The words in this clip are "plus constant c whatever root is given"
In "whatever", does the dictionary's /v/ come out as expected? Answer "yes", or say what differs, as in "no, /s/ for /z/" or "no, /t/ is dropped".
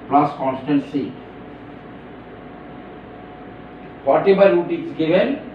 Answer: no, /b/ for /v/